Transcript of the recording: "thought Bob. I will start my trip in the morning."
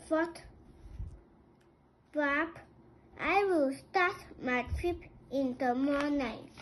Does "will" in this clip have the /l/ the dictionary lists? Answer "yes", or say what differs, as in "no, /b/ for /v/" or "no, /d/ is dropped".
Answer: yes